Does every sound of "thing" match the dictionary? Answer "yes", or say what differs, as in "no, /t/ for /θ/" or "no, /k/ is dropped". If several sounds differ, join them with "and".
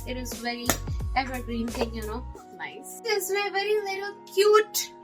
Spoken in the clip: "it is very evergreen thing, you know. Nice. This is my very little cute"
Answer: no, /t/ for /θ/